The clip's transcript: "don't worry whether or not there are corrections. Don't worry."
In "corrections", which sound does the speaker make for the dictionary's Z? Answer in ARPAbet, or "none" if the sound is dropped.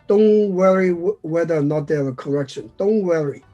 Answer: none